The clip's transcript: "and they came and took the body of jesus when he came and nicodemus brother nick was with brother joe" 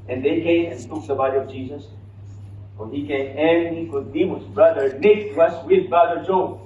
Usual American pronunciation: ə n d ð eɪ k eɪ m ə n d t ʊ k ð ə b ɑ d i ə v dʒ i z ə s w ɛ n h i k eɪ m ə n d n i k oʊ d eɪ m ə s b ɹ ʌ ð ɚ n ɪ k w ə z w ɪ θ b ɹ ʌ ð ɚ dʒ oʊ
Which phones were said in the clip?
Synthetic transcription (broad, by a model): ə n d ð eɪ k eɪ m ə n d t ʊ k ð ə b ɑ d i ə v dʒ i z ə s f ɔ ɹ h i k eɪ m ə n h i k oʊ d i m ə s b ɹ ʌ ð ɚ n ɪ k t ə s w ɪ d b ɹ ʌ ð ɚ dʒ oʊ